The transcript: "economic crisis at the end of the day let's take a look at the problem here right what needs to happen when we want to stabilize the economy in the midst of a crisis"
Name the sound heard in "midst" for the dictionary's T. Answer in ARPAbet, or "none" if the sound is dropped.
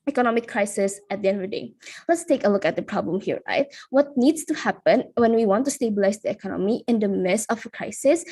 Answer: none